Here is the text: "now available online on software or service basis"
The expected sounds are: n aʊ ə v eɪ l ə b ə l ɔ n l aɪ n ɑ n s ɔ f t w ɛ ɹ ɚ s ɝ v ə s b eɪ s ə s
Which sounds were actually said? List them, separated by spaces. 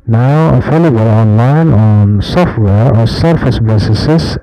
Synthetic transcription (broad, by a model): n aʊ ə f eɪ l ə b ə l ɔ n l aɪ n ɑ n s ɔ f t w ɛ ɹ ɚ s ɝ f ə s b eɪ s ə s